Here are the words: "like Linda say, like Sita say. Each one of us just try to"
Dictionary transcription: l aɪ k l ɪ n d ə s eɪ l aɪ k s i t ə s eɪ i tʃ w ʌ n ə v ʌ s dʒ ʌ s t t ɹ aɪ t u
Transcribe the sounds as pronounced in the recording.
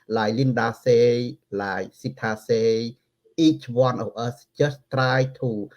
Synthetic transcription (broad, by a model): l aɪ l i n d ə s eɪ l aɪ s i t ə s eɪ i tʃ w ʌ n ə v ʌ s tʃ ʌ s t t ɹ aɪ t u